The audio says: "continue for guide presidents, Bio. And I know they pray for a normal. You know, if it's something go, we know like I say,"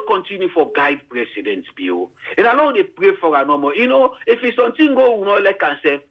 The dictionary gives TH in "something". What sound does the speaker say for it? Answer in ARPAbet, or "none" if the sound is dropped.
T